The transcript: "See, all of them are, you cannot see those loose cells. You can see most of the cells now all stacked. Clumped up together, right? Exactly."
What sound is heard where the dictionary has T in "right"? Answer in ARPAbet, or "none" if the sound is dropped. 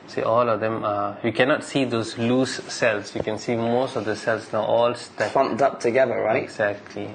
none